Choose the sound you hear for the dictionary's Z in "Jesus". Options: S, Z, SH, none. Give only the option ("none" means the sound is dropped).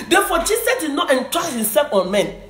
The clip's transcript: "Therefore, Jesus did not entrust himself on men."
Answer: S